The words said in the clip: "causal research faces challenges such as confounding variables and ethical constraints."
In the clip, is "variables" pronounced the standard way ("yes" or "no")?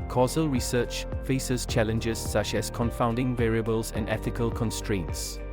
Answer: yes